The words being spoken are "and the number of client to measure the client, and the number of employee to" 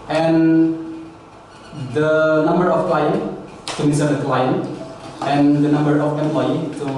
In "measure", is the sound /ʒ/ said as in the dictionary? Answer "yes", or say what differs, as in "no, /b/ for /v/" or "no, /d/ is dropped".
no, /s/ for /ʒ/